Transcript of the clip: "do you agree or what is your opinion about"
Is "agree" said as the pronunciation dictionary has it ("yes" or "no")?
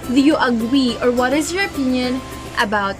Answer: no